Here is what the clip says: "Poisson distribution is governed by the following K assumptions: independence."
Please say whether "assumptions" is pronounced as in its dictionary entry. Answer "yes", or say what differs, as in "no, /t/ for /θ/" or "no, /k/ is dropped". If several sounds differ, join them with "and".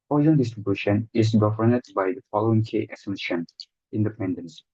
no, /p/ is dropped and /z/ is dropped